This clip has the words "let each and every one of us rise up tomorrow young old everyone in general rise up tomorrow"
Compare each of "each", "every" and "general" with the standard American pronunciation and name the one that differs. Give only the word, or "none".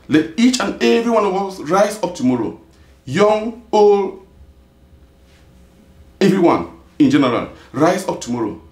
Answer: none